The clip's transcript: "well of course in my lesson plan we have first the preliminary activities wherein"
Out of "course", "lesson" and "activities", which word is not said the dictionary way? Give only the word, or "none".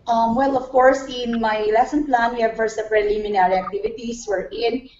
activities